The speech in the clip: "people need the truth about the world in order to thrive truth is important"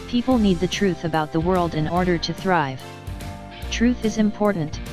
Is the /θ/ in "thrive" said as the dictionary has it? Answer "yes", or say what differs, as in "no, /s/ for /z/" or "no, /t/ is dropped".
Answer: yes